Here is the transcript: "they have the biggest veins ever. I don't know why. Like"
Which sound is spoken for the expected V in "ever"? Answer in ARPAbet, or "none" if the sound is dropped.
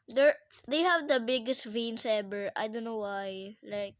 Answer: B